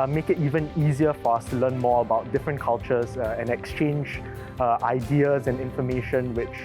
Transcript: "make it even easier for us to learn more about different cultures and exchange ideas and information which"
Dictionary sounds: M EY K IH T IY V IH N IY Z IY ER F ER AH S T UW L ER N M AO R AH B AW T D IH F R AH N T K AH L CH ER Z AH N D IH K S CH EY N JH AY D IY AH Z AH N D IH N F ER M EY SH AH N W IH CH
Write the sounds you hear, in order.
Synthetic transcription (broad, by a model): M EY K IH T IY V IH N IY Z IY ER F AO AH S T UW L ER N M AO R AH B AW T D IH F R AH N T K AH L CH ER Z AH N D IH K S CH EY N JH AY D IY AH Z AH N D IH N F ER M EY SH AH N W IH CH